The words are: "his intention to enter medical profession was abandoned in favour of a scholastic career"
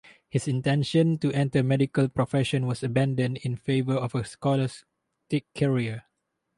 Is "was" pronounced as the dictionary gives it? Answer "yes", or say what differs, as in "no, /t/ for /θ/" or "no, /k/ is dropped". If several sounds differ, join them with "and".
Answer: no, /s/ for /z/